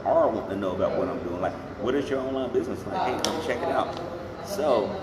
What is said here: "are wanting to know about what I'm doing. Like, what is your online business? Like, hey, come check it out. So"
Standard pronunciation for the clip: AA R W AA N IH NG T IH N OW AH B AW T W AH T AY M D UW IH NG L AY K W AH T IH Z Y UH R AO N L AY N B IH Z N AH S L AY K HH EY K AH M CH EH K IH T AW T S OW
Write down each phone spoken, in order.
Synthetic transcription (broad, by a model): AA R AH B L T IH N OW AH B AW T W AH T AY M D UW IH NG L AY K W AH T IH Z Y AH R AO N L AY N B IH Z N AH S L AY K HH EY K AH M CH EH K IH T AW T S OW